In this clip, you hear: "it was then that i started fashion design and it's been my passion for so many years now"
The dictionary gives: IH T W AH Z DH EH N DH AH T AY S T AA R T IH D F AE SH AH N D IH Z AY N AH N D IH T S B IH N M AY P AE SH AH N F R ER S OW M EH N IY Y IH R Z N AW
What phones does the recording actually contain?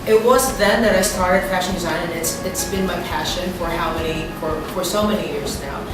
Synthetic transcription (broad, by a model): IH T W AH Z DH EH N DH AH T AY S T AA R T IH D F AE SH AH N D IH Z AY N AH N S IH T S B IH N M AY P AE SH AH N F R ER S OW M EH N IY Y IH R Z N AW